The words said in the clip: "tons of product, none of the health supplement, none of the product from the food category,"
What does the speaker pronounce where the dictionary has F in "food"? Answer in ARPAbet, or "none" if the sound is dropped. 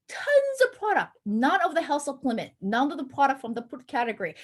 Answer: P